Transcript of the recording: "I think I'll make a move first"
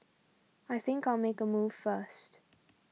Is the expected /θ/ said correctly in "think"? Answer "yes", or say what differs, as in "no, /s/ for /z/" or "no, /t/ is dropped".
yes